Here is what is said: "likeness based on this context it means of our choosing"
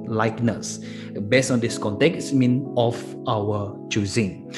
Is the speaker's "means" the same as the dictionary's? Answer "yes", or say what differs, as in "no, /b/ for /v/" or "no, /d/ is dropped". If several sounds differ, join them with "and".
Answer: no, /z/ is dropped